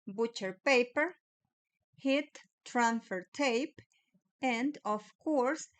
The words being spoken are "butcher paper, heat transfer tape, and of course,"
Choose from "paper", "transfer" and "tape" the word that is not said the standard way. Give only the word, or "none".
transfer